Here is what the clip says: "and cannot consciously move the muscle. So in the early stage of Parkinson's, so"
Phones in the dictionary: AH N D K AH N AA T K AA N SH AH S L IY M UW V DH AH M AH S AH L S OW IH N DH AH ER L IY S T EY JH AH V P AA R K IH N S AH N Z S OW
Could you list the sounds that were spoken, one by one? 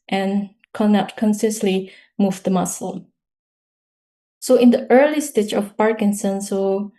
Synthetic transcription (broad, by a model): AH N K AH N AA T K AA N S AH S L IY M UW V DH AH M AH S AH L S OW IH N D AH ER L IY S T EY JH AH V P AA R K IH N S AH N S OW